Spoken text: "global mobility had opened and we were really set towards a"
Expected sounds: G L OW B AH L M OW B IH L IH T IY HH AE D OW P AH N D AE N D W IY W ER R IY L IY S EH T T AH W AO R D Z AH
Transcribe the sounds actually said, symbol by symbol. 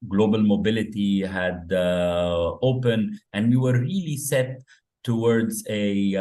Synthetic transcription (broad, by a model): G L OW B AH L M OW B IH L IH T IY HH AE D OW P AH N AE N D W IY W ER R IY L IY S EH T T AH W AO R D Z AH